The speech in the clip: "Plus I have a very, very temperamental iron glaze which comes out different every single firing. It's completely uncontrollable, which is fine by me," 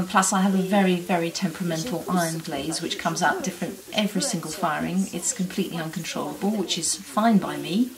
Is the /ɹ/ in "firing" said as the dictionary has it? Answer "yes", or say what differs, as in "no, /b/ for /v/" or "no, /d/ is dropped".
yes